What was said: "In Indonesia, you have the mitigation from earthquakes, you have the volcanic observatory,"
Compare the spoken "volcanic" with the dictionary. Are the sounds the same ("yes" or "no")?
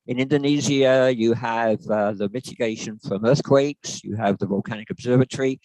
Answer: yes